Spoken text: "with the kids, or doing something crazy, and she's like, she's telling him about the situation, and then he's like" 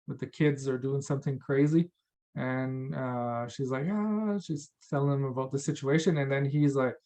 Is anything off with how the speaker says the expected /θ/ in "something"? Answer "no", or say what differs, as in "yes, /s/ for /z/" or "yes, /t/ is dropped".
no